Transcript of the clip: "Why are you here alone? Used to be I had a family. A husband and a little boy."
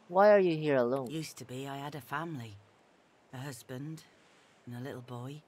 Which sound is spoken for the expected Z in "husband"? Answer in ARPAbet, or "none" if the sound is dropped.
Z